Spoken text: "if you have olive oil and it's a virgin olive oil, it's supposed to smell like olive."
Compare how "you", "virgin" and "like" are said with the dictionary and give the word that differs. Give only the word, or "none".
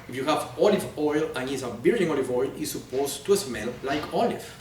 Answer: virgin